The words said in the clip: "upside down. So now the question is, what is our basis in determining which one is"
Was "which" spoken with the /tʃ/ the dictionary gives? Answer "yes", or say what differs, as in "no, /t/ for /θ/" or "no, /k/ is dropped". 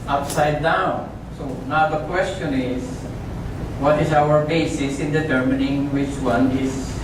yes